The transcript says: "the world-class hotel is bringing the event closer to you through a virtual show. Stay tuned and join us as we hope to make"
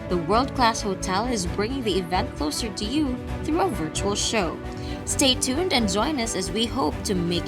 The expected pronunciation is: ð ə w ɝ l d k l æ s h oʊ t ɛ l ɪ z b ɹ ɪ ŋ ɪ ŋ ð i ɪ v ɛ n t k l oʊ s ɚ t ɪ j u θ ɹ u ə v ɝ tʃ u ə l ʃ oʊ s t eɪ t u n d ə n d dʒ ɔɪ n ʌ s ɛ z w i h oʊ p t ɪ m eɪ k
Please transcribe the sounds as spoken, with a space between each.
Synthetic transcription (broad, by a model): ð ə w ɝ l d k l æ s h oʊ t ɛ l ɪ z b ɹ ɪ ŋ ɪ ŋ ð i ɪ v ɛ n t k l oʊ s ɚ t ɪ j u θ ɹ u ə v ɝ tʃ u ə l ʃ oʊ s t eɪ t u n d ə n dʒ ɔɪ n ʌ s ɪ z w i h oʊ p t ɪ m eɪ k